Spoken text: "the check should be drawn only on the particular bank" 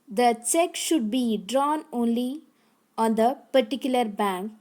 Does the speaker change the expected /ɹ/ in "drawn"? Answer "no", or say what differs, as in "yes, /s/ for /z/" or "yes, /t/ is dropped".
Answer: no